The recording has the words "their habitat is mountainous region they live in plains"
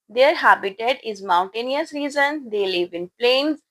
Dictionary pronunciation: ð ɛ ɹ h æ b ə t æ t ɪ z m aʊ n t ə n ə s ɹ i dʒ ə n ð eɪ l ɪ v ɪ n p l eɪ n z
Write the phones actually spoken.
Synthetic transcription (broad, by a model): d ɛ ɹ h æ b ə t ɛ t ɪ z m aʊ n t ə n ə s ɹ i z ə n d eɪ l ɪ v ɪ n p l eɪ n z